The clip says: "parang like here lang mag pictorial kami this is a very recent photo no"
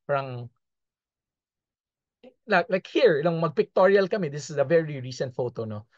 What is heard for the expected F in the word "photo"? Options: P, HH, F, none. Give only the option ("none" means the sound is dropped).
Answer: F